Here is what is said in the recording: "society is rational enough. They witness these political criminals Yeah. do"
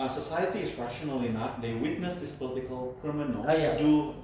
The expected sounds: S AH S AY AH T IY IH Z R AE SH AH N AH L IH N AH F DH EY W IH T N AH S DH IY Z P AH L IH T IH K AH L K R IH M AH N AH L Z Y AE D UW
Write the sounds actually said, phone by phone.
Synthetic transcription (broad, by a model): S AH S AY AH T IY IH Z R AE SH AH N AH L IH N AH F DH EY W IH T N AH S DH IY S P AH L IH T IH K AH L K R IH M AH N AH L Y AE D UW